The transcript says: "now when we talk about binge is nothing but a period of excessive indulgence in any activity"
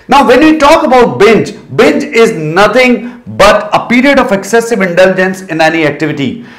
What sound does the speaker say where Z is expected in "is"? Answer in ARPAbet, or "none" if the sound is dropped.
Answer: Z